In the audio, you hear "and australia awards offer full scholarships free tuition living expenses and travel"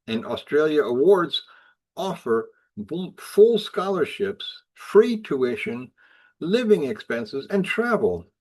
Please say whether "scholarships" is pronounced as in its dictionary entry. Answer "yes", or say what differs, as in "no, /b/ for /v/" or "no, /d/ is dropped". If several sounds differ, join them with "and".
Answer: yes